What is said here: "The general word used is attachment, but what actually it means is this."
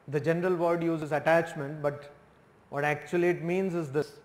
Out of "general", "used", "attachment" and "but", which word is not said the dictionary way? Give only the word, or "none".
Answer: used